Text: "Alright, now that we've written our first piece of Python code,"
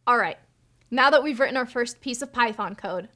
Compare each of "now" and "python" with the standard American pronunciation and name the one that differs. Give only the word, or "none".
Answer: none